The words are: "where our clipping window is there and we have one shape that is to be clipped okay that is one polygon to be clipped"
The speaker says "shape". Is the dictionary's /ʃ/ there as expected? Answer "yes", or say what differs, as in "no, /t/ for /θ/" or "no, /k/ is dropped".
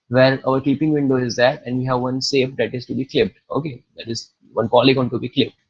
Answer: no, /s/ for /ʃ/